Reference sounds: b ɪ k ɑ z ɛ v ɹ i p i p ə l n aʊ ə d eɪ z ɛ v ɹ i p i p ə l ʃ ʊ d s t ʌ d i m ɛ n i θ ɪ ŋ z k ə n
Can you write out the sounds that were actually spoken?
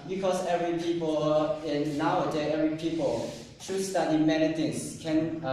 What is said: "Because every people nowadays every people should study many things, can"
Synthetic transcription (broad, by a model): b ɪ k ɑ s ɛ v ɹ i p i p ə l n aʊ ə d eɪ ɛ v ɹ i p i p ə l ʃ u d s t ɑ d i m ɛ n i t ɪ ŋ s k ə n